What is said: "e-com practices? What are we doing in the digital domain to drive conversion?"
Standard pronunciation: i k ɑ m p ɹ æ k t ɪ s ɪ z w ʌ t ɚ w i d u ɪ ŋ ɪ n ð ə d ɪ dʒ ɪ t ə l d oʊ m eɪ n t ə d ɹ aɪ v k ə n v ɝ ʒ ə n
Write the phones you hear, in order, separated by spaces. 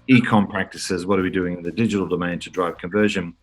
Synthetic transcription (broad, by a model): i k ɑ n p ɹ æ k t ɪ s ɪ z w ʌ t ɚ w i d u ɪ ŋ ɪ n ð ə d ɪ dʒ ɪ t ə l d oʊ m eɪ n t ə d ɹ aɪ v k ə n v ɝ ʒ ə n